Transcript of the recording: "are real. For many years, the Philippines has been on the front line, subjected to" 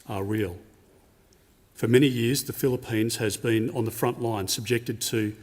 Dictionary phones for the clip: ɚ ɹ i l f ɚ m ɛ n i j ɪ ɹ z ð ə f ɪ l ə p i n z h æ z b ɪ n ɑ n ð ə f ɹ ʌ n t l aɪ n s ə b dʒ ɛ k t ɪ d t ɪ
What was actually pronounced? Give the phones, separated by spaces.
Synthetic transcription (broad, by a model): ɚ ɹ i l f ɚ m ɛ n i j ɪ ɹ z ð ə f ɪ l ə p i n z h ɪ z b ɪ n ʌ n ð ə f ɹ ʌ n t l aɪ n s ə b dʒ ɛ k t ɪ d t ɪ